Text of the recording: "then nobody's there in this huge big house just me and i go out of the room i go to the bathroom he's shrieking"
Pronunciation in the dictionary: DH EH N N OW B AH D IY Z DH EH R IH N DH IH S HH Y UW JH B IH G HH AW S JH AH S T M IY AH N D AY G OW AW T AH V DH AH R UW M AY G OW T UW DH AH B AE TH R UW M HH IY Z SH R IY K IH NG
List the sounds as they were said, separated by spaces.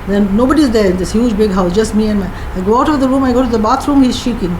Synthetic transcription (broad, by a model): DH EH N N OW B AH D IY Z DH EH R IH N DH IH S HH Y UW JH B IH G HH AW S JH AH S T M IY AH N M AY G OW AW T AH V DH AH R UW M AY G OW T UW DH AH B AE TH R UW M HH IY Z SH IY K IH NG